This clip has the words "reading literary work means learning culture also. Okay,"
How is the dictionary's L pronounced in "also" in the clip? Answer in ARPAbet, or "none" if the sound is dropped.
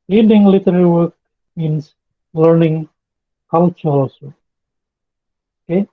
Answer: none